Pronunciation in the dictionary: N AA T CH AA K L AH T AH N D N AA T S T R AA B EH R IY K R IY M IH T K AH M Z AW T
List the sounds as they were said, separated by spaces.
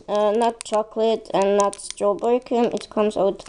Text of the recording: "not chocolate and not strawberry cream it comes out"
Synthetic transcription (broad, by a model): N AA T CH AA K L AH T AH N N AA T S T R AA B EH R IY K AH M IH T K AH M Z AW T